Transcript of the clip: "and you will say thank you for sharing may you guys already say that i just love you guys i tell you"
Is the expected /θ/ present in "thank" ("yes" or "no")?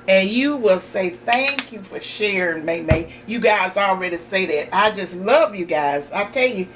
yes